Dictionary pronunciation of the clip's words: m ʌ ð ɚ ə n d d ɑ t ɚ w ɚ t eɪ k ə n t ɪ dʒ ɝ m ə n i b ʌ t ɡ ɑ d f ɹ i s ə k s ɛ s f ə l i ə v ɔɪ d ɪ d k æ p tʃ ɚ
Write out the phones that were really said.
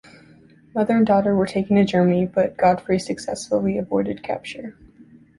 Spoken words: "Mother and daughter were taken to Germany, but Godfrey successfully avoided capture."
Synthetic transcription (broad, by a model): m ʌ ð ɚ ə n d d ɑ t ɚ w ɚ t eɪ k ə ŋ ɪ dʒ ɝ m n i b ʌ t ɡ ɑ d f ɹ i s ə k s ɛ s f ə l i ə b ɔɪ d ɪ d k æ p tʃ ɚ